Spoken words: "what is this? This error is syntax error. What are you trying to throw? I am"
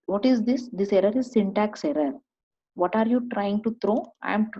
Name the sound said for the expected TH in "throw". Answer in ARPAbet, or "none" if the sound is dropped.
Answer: T